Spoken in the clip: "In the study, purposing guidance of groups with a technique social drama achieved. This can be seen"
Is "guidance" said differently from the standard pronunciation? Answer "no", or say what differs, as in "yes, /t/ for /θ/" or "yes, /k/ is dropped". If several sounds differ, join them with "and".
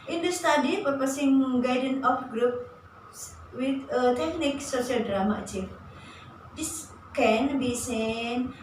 yes, /s/ is dropped